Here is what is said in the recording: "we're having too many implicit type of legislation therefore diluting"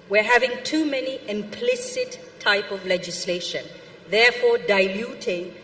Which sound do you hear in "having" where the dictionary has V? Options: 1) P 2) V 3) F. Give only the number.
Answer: 2